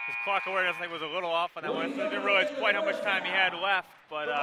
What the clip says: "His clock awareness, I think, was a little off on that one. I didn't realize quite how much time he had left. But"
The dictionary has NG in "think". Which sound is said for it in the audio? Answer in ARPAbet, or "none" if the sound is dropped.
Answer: none